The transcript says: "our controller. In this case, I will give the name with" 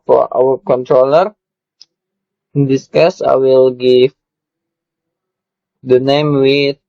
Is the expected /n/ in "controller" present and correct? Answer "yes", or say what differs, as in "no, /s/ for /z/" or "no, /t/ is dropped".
yes